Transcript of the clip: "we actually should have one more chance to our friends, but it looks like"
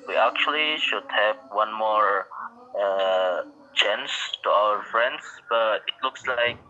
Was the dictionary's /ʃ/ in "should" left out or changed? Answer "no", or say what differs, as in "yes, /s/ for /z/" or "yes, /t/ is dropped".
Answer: no